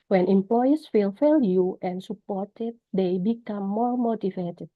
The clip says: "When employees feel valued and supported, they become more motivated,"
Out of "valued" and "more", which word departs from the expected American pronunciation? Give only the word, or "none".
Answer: valued